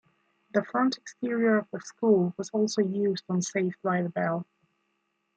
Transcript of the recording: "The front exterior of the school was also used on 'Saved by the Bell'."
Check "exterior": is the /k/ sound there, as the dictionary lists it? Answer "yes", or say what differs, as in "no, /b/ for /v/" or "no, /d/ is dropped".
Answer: yes